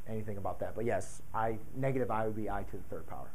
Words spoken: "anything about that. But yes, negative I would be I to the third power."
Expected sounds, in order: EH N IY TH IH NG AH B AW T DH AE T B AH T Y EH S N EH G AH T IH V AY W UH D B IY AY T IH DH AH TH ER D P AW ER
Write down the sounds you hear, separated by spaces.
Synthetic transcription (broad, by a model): EH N IY TH IH NG AH B AW T DH AE T B AH T Y EH S N EH G AH T IH V AY W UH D B IY AY T IH DH AH TH ER D P AW ER